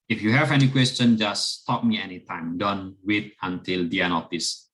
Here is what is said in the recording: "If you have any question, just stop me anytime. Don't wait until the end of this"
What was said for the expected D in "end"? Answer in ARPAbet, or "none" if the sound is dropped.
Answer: none